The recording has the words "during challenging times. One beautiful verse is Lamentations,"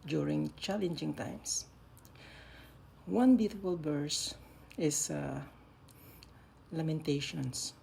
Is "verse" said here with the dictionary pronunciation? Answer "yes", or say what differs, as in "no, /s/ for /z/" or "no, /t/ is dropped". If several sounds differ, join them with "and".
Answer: no, /b/ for /v/